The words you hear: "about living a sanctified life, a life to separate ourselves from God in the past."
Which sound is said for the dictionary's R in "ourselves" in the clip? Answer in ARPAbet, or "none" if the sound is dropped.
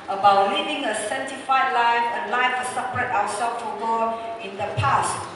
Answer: W